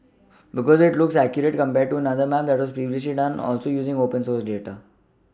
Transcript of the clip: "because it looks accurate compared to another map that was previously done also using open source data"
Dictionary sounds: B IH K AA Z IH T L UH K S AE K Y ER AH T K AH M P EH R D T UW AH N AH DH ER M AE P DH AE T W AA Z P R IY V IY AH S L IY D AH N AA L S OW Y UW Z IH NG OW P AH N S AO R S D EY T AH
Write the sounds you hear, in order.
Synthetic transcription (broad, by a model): B IH K AA Z IH T L UH K S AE K Y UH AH T K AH M P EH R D T UW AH N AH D ER M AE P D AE T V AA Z P R IY V IY AH S L IY D AH N AA L S OW Y UW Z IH NG OW P AH N S AO R S D EY T AH